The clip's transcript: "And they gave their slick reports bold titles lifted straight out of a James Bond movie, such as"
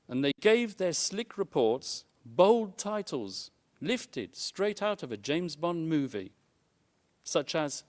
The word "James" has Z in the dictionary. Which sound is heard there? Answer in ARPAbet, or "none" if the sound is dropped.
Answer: Z